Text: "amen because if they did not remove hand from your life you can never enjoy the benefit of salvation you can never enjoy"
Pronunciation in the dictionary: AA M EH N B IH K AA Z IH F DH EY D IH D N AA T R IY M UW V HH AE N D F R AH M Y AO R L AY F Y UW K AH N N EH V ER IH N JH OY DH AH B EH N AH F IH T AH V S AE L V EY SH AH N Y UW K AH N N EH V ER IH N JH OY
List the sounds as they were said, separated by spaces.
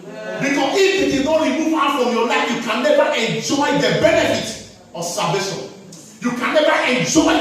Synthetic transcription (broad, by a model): B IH K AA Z IH F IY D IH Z N AA T R IY M UW V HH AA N F R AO M Y AO L AY F Y UW K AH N N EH V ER IH N JH OY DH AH B EH N AH F IH T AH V S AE V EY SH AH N Y UW K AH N N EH V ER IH N JH OY